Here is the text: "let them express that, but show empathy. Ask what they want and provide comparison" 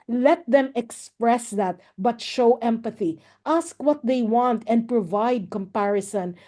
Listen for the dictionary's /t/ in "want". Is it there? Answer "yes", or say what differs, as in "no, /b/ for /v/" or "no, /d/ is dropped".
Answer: yes